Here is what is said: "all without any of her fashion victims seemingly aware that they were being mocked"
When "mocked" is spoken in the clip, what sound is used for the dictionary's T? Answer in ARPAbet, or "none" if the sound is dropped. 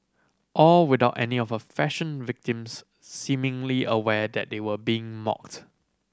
T